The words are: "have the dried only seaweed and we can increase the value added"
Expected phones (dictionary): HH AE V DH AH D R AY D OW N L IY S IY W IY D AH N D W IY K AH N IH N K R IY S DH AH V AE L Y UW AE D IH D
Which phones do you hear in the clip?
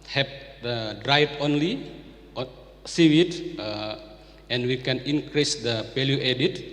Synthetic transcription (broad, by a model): HH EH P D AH D R AY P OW N L IY S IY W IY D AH N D W IY K AH N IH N K R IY S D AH P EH L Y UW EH D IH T